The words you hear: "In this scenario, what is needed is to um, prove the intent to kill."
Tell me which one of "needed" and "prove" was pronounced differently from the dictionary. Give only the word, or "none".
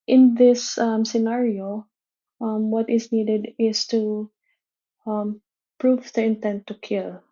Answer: none